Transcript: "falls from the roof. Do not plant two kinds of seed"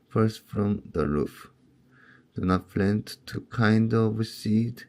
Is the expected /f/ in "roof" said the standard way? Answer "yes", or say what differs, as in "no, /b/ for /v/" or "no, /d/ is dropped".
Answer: yes